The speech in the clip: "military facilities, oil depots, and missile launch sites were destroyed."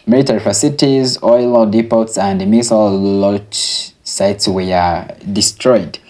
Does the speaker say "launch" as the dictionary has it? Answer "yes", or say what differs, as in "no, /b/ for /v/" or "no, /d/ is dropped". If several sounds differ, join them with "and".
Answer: no, /n/ is dropped